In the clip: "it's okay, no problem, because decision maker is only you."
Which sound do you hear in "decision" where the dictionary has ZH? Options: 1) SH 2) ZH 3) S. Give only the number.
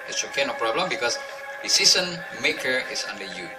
3